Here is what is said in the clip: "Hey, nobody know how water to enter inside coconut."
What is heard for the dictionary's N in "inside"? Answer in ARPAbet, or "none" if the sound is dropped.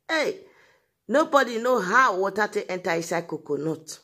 none